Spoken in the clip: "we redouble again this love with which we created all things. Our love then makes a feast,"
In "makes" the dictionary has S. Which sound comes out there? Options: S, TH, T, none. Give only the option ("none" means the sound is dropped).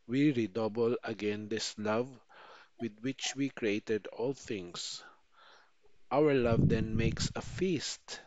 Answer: S